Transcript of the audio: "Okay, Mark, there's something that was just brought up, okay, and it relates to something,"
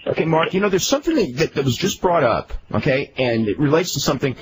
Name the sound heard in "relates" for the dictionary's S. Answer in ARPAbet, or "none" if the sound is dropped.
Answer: S